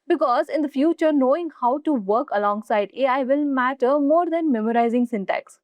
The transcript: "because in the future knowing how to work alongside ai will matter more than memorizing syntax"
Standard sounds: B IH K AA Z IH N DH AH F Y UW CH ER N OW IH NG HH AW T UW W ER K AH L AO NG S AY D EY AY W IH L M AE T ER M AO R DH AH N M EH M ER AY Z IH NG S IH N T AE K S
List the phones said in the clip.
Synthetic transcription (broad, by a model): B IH K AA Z IH N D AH F Y UW CH ER N OW IH NG HH AW T UW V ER K AH L AO NG S AY D EY AY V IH L M AE T ER M AO R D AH N M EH M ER AY Z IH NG S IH N T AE K S